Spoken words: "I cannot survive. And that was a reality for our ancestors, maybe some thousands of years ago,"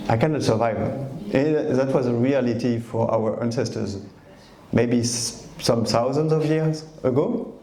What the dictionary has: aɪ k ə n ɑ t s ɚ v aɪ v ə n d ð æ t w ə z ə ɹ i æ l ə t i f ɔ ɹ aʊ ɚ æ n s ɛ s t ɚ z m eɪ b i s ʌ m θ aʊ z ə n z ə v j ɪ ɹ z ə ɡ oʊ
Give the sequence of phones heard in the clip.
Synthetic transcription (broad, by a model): aɪ k ə n ɑ t s ɚ v aɪ v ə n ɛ ð æ t w ə z ə ɹ i æ l ə t i f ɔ ɹ aʊ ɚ æ n s ɛ s t ɚ z m eɪ b i s ʌ m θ aʊ z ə n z ə v j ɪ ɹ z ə ɡ oʊ